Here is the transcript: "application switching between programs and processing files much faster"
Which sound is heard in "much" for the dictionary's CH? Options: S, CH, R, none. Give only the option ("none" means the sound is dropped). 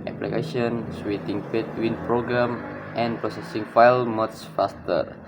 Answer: S